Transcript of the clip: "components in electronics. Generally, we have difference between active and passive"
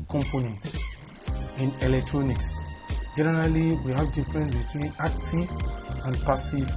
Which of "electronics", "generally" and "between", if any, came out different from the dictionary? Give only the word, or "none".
none